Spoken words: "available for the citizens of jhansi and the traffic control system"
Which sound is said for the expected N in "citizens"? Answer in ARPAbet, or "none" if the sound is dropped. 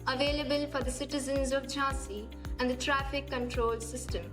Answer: N